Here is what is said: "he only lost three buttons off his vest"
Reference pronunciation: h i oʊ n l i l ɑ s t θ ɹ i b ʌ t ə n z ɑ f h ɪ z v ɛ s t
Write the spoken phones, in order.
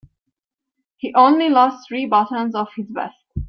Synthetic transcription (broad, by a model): h i oʊ n l i l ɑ s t θ ɹ i b ʌ t ə n z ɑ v h ɪ z b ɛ s t